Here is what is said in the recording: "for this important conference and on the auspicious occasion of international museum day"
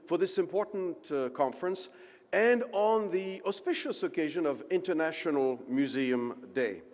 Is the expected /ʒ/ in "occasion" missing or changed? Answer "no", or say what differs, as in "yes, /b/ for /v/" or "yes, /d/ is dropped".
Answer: no